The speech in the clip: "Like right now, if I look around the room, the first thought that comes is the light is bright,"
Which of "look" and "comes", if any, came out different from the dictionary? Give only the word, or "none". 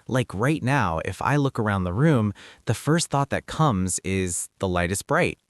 none